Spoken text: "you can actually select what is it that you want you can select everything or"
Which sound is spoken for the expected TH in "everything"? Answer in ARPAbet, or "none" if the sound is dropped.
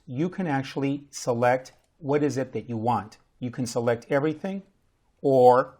TH